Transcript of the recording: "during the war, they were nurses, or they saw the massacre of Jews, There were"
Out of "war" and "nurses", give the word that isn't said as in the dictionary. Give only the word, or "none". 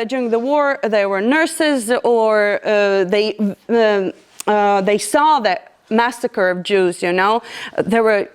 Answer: none